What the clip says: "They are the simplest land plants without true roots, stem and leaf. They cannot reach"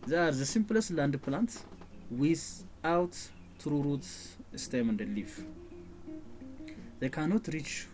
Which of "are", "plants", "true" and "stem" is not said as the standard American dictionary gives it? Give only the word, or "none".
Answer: plants